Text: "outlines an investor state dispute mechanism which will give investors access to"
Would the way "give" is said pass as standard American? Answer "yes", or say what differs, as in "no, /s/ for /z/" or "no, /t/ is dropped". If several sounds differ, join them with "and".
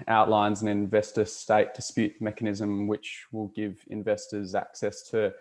yes